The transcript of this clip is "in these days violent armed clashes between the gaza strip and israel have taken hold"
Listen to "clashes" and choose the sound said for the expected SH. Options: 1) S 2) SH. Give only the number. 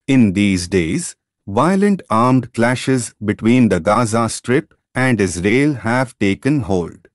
2